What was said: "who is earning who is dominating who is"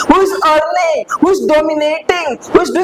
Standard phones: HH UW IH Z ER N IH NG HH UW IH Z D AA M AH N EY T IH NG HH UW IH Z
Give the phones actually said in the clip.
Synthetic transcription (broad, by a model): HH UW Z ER L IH HH UW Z D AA M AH N EY T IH NG HH UW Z